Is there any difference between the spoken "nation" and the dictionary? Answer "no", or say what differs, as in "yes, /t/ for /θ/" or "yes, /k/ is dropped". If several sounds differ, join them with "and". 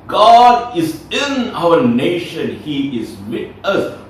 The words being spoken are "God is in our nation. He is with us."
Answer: no